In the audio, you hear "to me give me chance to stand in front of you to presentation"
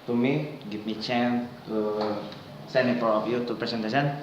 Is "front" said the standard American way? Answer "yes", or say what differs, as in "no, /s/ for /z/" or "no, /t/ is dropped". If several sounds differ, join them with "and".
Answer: no, /ɹ/ is dropped